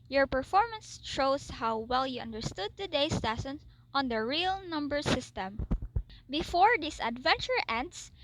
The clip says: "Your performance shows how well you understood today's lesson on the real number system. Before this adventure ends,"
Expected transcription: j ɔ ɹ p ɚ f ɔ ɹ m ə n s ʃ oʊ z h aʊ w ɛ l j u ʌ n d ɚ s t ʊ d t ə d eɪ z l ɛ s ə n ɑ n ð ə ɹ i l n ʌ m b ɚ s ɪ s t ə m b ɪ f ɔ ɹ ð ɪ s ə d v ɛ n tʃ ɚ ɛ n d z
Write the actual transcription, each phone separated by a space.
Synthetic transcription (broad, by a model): j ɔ ɹ p ɚ f ɔ ɹ m ə n s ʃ oʊ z h aʊ w ɛ l j u ʌ n d ɚ s t ʊ d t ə d eɪ s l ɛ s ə n ɑ n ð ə ɹ i l n ʌ m b ɚ s ɪ s t ə m b ɪ f ɔ ɹ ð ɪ s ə d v ɛ n tʃ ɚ ɛ n d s